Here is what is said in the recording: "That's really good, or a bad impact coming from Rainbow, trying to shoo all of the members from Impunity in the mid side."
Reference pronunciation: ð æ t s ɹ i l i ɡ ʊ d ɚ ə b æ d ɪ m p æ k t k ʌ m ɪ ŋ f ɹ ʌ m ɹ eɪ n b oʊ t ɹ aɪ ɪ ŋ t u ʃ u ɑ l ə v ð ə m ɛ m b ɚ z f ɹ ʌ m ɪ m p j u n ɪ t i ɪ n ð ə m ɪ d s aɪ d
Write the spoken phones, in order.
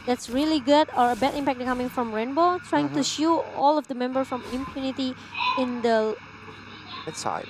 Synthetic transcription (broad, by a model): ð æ t s ɹ i l i ɡ ʊ d ɚ ə b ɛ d ɪ m p æ k t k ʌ m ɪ ŋ f ɹ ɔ m ɹ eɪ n b oʊ t ɹ aɪ ɪ ŋ t u ʃ u ɑ l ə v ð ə m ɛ m b ɚ f ɹ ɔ m ɪ m p j u n ɪ t i ɪ n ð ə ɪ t s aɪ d